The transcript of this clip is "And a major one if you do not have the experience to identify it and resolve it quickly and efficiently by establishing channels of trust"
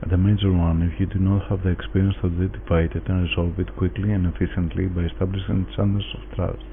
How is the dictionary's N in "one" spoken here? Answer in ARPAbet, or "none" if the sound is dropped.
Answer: N